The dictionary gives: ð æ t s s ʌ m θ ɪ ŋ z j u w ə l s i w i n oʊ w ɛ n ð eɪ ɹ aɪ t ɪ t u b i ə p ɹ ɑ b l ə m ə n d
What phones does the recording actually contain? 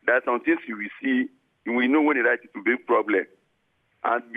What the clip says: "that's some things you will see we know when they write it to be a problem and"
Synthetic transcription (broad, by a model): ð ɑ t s s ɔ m t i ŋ s j u w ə s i w i n oʊ w ɛ n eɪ ɹ aɪ t ɪ t u b i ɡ p ɹ ɑ b l ə m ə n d